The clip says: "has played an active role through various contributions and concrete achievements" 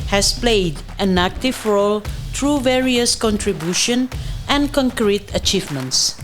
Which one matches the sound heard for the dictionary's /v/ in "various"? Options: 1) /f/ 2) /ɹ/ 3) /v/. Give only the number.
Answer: 3